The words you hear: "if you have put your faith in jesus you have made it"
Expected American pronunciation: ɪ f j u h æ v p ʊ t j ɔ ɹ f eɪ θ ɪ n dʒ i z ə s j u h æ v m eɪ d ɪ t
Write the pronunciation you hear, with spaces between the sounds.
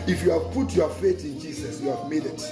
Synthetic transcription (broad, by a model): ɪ f j u h æ v p ʊ t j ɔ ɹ f eɪ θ ɪ n dʒ i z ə s j u h æ v m eɪ d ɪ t